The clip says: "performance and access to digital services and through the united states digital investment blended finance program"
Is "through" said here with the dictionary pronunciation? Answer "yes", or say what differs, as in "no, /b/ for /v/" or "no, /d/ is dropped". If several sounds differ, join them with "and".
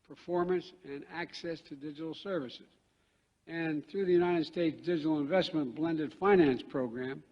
yes